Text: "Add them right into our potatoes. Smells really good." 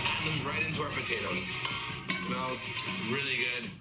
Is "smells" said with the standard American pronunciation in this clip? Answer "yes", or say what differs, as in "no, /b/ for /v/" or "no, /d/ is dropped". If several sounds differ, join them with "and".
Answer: yes